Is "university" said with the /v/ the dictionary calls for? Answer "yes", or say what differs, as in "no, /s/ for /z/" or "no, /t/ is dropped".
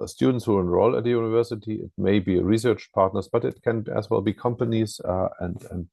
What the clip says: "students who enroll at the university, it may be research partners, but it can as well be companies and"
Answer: yes